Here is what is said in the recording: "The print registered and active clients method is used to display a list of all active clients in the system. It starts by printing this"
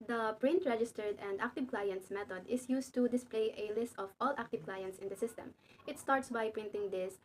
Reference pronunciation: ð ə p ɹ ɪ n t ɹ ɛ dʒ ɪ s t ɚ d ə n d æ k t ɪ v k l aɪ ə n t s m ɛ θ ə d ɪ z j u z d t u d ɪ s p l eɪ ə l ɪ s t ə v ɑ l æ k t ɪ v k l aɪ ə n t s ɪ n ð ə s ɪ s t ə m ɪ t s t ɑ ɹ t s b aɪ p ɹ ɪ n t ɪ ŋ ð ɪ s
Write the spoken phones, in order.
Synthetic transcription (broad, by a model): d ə p ɹ ɪ n t ɹ ɛ dʒ ɪ s t ɚ d ə n d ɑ k t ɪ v k l aɪ ə n t s m ɛ t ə d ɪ s j u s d t u d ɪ s p l eɪ ə l ɪ s t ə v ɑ l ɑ k t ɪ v k l aɪ ə n t s ɪ n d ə s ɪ s t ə m ɪ t s t ɑ ɹ t s b aɪ p ɹ ɪ n t ɪ ŋ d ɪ s